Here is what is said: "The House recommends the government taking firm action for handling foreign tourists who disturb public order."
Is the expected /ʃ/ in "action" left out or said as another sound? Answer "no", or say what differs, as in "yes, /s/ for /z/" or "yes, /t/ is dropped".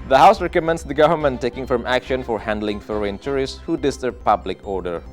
no